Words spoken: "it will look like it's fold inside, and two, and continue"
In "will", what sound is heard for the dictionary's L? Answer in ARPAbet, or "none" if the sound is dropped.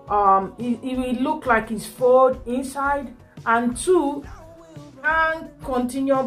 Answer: W